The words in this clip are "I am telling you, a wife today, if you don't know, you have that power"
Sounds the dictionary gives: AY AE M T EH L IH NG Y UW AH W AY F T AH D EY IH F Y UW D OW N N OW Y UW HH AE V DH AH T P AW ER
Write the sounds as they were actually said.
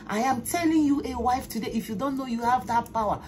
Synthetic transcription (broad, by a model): AY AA M T EH L IH NG Y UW AH W AY F T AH D EY IH F Y UW D OW N N OW Y UW HH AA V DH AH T P AW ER